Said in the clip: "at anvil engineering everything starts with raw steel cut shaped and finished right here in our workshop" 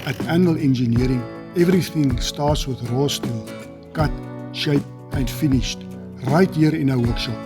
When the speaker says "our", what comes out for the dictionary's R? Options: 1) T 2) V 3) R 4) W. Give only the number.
4